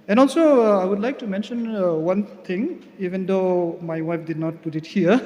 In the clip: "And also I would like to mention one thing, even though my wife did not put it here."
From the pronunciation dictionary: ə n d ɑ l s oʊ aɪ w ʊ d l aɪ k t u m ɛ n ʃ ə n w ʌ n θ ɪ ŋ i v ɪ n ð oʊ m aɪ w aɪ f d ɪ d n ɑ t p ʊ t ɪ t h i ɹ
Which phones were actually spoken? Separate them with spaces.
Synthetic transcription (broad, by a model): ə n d ɑ l s oʊ aɪ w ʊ d l aɪ k t u m ɛ n ʃ ə n w ʌ n t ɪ ŋ i v ɪ n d oʊ m aɪ w aɪ f d ɪ d n ɑ t p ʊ t ɪ t h i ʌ